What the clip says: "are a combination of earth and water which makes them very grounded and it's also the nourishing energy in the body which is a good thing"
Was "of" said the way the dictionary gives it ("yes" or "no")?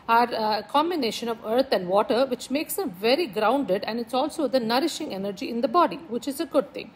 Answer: yes